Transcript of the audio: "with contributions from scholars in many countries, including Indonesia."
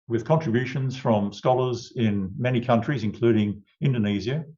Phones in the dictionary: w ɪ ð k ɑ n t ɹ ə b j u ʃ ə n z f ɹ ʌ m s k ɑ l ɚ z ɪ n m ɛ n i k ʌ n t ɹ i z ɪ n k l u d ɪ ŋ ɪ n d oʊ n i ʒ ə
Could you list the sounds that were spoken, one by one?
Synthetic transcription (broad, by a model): w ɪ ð k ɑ n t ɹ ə b j u ʃ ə n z f ɹ ʌ m s k ɑ l ɚ z ɪ n m ɛ n i k ʌ n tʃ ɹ i z ɪ n k l u d ɪ ŋ ɪ n d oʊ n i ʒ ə